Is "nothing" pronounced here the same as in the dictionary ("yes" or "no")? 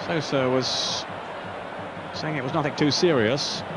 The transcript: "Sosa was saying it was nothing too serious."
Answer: yes